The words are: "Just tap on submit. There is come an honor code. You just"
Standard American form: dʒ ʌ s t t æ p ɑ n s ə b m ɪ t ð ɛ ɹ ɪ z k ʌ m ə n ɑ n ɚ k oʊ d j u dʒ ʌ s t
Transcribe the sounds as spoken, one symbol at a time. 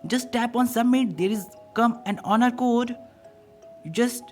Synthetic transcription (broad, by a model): dʒ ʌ s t t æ p ɑ n s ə m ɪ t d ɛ ɹ ɪ z k ʌ m ə n ɑ n ɚ k oʊ d dʒ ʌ s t